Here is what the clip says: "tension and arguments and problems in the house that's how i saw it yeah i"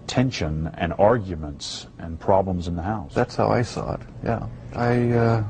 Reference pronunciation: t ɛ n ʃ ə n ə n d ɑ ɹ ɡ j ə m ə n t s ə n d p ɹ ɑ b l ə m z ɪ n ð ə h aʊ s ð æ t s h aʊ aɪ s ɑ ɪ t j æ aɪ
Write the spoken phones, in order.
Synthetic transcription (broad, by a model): t ɛ n ʃ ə n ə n ɑ ɹ ɡ j ə m ə n t s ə n p ɹ ɑ b l ə m z ɪ n ð ə h aʊ s ð æ t s h aʊ aɪ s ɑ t j æ aɪ